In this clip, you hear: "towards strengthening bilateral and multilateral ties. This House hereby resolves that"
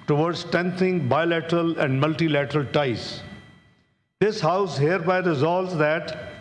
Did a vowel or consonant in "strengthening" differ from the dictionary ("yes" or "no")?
yes